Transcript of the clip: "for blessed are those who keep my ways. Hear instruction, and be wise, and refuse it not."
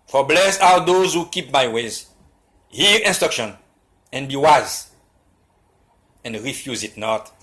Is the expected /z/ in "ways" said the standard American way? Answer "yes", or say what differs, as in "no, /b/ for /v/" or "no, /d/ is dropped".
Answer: yes